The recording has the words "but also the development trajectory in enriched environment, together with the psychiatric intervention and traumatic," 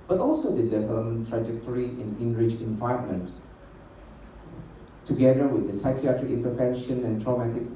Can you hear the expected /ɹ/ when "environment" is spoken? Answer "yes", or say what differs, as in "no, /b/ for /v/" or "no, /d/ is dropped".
no, /ɹ/ is dropped